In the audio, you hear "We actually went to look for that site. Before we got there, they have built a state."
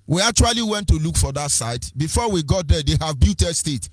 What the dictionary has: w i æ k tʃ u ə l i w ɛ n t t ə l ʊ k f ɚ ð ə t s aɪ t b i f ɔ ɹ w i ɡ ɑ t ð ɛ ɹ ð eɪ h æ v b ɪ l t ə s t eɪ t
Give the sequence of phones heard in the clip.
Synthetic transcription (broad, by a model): w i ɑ k tʃ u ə l i w ɛ n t t ə l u k f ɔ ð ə t s aɪ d b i f ɔ w i ɡ ɑ t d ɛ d eɪ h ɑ v b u t ə s t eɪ t